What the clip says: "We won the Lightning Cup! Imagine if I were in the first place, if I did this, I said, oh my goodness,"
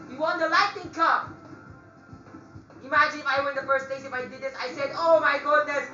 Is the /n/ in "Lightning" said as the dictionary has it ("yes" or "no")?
no